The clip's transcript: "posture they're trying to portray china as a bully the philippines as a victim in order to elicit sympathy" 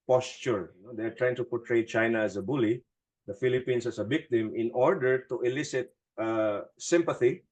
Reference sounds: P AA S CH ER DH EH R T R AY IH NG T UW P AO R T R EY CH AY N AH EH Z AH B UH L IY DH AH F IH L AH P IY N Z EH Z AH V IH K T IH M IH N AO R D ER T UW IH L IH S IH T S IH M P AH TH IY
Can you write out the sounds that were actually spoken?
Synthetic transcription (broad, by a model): P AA S CH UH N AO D T R AY IH NG T UW P AO R T R EY CH AY N AH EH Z AH B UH L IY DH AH F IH L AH P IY N S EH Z AH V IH K T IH M IH N AO R D ER T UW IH L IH S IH T S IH M P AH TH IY